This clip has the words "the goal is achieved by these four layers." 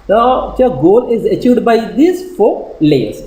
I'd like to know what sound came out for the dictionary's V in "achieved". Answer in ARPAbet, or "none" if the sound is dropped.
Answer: none